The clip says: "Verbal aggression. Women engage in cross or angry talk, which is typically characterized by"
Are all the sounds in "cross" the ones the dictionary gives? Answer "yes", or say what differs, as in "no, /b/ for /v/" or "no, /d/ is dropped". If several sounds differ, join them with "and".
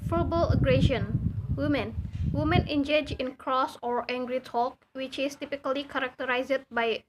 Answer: yes